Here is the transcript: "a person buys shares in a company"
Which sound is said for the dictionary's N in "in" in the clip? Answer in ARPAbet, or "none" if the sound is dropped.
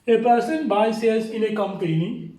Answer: L